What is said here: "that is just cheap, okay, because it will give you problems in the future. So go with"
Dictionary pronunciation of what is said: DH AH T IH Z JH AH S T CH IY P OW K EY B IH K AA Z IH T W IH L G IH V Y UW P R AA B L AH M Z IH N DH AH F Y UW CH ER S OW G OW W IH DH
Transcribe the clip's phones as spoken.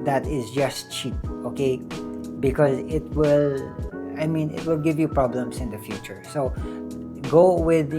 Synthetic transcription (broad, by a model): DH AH T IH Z JH AH S T CH IY P OW K EY B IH K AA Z IH T W IH L G IH V Y UW P R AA B L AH M S IH N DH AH F Y UW CH ER S OW G OW W IH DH